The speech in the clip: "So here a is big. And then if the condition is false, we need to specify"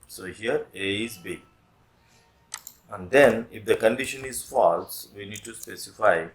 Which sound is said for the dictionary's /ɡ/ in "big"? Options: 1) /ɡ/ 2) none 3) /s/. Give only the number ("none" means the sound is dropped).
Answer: 2